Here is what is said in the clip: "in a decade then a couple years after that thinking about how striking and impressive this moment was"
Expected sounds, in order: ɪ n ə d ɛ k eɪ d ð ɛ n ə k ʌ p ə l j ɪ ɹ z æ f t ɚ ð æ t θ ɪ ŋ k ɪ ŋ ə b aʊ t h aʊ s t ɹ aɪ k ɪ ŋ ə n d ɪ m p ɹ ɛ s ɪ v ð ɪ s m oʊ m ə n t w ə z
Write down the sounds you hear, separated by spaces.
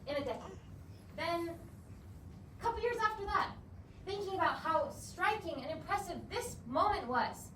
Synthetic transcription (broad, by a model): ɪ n ə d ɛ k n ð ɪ n ə k ʌ p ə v j ɪ ɹ z æ f t ɚ ð æ t θ ɪ ŋ k ɪ ŋ ə b aʊ t h aʊ s t ɹ aɪ k ɪ ŋ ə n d ɪ m p ɹ ɛ s ɪ v ð ɪ s m oʊ m ə n t w ə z